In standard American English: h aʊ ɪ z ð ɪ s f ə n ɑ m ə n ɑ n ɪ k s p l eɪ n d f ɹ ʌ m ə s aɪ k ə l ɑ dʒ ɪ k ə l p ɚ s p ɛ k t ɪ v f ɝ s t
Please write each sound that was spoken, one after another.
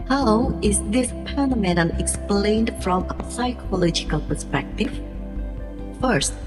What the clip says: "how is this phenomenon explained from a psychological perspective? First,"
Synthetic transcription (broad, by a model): h aʊ ɪ z ð ɪ s p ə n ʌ m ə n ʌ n ɪ k s p l eɪ n d f ɹ ʌ m ə s aɪ k ə l ɑ dʒ ɪ k ə l p ɚ s p ɛ k t ɪ v f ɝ s t